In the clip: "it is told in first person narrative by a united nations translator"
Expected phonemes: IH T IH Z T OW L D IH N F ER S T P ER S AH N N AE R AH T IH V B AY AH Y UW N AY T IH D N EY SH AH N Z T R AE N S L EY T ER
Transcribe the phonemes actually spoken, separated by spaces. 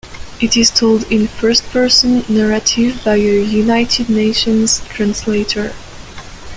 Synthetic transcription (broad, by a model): IH T IH Z T OW L D IH N F ER S T P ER S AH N N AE R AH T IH V B AY AH Y UW N AY T IH D N EY SH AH N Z T R AE N S L EY T ER